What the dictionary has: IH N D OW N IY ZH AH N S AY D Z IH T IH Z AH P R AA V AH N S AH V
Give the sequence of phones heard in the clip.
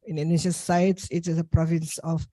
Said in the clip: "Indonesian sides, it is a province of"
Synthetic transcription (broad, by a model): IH N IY N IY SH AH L S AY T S IH T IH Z AH P R AA V AH N S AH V